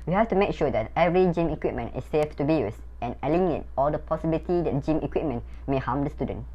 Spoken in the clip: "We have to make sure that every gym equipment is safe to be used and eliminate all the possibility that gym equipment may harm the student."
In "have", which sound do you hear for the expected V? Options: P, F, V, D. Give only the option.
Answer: F